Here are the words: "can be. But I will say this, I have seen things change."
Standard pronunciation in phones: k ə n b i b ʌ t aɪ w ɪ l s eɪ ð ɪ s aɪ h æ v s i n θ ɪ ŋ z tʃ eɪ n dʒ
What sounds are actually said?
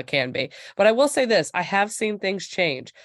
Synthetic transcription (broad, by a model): k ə n b i b ʌ t aɪ w ɪ l s eɪ ð ɪ s aɪ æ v s i n θ ɪ ŋ z tʃ eɪ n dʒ